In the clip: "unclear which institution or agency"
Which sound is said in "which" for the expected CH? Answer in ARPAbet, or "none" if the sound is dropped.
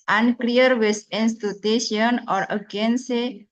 S